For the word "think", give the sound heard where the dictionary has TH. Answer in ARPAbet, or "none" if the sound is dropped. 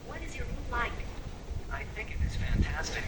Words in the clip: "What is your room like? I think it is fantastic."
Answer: TH